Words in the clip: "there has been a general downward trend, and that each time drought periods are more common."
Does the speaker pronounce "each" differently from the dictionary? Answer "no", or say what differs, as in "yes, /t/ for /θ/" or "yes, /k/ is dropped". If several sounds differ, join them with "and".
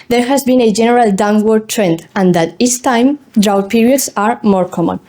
yes, /s/ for /tʃ/